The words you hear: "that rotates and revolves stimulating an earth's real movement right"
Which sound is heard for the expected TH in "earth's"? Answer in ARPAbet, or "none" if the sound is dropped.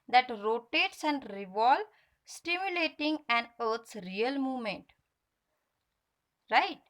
T